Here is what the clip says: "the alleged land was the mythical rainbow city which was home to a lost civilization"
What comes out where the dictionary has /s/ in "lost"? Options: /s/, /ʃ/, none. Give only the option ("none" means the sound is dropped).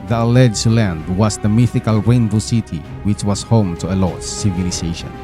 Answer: none